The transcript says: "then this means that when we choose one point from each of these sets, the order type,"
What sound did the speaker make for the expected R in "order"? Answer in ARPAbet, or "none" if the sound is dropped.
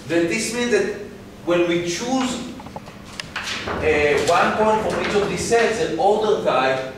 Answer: L